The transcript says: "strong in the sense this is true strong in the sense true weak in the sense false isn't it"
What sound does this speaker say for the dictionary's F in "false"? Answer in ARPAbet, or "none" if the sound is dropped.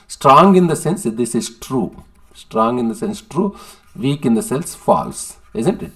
F